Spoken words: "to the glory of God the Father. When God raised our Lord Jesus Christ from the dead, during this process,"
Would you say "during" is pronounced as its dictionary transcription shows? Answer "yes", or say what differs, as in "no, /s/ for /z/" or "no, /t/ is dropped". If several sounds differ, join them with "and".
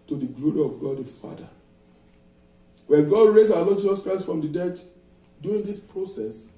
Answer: no, /ɹ/ is dropped